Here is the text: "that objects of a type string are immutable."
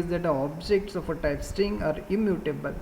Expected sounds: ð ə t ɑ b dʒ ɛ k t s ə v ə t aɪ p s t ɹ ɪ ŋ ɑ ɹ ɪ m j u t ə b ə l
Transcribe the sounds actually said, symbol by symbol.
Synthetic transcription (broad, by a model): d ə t ɑ b dʒ ɛ k t s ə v ə t aɪ p s t ɪ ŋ ɑ ɹ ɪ m j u t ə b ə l